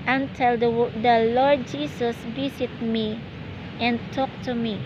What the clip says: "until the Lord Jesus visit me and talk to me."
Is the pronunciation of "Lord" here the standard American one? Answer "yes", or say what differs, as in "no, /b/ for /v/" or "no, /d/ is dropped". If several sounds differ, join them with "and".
yes